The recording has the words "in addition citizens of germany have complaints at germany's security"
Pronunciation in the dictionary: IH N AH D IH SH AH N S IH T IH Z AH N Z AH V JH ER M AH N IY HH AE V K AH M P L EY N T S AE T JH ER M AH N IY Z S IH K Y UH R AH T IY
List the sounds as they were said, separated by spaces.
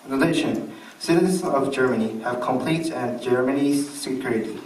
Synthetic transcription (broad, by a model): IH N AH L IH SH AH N S IH T IH Z AH N Z AH V JH ER M AH N IY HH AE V K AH M P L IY T AE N JH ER M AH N IY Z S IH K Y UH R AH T